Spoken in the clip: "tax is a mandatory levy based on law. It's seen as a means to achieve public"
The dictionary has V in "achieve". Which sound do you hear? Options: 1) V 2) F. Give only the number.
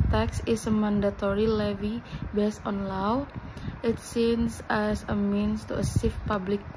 2